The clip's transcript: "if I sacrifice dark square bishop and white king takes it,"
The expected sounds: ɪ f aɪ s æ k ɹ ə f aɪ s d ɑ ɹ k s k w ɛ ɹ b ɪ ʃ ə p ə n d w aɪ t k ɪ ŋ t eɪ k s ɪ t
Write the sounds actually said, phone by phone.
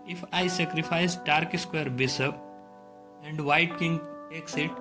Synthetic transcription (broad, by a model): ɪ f aɪ s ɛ k ɹ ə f aɪ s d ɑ ɹ k s k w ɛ ɹ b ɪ s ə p ə n d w aɪ t k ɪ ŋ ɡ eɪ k s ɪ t